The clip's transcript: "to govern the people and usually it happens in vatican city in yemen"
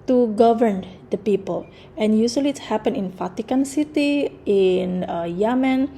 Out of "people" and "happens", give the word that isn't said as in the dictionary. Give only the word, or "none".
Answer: happens